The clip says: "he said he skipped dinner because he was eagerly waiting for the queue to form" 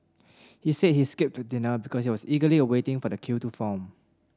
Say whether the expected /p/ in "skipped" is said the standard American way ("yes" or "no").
yes